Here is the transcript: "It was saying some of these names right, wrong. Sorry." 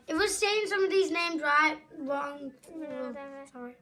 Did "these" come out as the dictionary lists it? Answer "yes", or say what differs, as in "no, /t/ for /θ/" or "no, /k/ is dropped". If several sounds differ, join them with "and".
yes